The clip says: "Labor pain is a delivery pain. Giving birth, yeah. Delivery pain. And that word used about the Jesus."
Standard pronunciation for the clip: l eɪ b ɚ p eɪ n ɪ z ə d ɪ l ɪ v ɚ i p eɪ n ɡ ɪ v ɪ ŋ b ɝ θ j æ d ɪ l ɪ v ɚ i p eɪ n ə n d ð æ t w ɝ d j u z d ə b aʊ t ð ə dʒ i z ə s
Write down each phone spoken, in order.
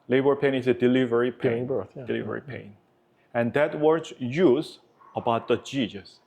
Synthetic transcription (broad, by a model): l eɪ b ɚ p eɪ n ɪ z ə d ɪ l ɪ v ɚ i p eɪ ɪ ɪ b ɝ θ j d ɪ l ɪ v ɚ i p eɪ n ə n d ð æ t w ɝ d j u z ə b aʊ t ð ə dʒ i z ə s